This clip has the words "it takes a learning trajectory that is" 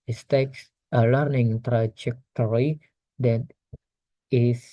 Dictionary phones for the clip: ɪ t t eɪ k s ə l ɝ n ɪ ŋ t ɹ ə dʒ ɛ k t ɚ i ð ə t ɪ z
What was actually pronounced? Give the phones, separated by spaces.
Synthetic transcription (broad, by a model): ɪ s t eɪ k s ə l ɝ n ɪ ŋ t ɹ ə dʒ ɛ k t ɚ i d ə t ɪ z